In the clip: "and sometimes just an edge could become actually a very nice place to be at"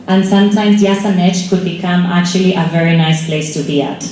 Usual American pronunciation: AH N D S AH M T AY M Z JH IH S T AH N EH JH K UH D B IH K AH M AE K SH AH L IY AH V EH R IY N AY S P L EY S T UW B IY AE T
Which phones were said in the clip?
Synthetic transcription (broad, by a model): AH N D S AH M T AY M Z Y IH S AH N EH CH K UH D B IH K AH M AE K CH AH L IY AH V EH R IY N AY S P L EY S T UW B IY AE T